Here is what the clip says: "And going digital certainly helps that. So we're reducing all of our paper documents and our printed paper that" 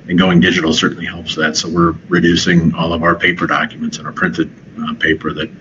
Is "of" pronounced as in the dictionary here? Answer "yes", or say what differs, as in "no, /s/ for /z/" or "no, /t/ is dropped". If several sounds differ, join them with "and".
yes